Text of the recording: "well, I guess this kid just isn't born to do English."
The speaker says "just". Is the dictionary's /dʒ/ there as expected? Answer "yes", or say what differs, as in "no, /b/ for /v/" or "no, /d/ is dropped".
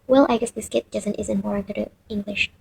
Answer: no, /z/ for /dʒ/